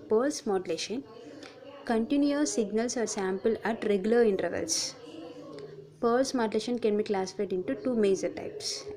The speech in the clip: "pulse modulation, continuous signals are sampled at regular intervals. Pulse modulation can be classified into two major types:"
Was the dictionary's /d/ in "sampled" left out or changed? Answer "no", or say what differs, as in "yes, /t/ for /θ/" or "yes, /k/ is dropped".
yes, /d/ is dropped